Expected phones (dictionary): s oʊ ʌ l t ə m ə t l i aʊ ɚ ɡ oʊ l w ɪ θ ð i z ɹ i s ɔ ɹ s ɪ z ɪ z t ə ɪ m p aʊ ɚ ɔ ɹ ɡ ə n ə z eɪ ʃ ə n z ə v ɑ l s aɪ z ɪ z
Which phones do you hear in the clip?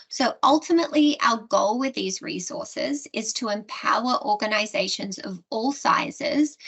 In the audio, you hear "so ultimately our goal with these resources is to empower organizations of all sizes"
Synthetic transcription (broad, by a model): s oʊ ʌ l t ə m ə t l i aʊ ɚ ɡ oʊ l w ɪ ð i z ɹ i s ɔ ɹ s ɪ z ɪ z t ə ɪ m p aʊ ɚ ɔ ɹ ɡ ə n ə z eɪ ʃ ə n z ə v ɑ l s aɪ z ɪ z